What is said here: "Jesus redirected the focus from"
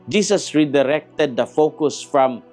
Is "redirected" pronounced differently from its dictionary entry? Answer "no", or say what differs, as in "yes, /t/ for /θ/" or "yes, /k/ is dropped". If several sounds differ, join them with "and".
no